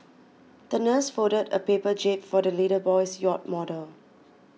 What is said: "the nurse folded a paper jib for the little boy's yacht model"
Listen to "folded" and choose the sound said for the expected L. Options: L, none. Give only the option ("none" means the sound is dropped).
none